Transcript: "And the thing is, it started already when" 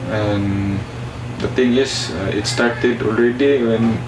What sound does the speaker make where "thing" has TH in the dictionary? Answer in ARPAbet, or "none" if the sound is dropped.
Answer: T